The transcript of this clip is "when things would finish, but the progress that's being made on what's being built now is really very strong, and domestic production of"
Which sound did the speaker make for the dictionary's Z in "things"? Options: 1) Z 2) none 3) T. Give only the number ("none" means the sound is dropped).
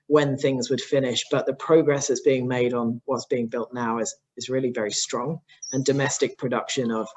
1